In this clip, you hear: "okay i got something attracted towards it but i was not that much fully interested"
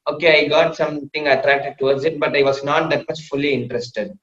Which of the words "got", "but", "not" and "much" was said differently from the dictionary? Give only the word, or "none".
much